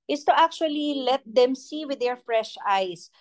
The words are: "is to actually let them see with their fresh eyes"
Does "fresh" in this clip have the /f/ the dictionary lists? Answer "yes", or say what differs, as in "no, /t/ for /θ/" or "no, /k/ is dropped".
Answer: yes